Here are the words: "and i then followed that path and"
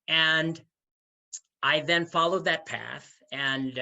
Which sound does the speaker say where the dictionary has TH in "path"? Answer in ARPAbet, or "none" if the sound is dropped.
TH